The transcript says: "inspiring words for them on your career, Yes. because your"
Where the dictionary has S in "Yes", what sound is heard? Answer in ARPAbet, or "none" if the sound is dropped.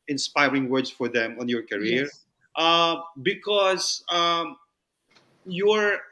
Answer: none